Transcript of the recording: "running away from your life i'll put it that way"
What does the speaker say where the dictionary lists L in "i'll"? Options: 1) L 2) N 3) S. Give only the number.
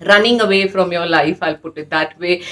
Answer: 1